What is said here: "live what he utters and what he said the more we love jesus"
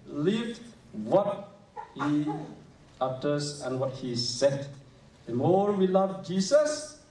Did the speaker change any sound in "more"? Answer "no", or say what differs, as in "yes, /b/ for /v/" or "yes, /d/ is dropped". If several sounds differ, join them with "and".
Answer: no